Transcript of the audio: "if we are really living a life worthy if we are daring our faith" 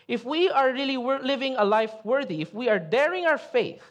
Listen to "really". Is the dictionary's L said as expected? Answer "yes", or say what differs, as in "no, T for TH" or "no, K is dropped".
no, W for L